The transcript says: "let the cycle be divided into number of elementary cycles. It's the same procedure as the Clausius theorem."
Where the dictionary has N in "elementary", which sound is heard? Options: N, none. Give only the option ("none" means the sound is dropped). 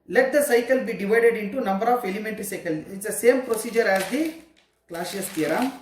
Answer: N